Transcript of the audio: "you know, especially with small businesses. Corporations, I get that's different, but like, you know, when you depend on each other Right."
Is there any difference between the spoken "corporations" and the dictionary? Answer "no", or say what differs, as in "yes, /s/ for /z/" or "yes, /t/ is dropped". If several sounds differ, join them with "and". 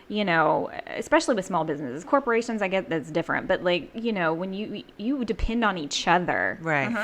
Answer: no